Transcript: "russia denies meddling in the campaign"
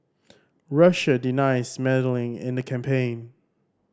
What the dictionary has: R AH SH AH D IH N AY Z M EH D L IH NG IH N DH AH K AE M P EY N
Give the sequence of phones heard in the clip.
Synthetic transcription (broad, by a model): R AH SH AH D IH N AY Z M EH D L IH NG IH N DH AH K AE M P EY N